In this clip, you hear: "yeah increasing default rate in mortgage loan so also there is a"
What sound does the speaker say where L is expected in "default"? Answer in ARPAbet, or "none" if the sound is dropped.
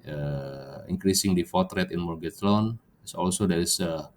none